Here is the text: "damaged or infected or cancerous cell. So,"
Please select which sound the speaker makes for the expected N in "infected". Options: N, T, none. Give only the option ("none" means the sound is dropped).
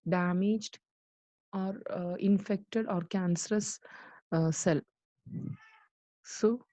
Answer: N